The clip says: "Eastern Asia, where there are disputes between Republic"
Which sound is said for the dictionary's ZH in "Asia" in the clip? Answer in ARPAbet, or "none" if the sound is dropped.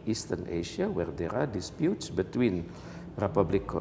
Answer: SH